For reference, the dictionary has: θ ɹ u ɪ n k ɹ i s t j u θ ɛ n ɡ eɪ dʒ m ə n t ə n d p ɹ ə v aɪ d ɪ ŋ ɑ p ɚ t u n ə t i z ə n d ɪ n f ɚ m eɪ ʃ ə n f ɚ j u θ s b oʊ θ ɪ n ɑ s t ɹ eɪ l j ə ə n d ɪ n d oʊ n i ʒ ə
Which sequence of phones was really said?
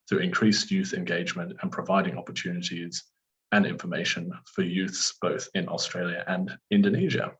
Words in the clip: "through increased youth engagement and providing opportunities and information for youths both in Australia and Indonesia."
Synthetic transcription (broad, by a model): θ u ɪ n k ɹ i s j u θ ɛ n ɡ eɪ dʒ m ə n t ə n p ɹ ə v aɪ d ɪ ŋ ɑ p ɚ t u n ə t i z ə n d ɪ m f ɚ m eɪ ʃ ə n f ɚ j u θ s b oʊ θ ɪ n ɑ s t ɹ eɪ l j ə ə n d ɪ n d oʊ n i ʒ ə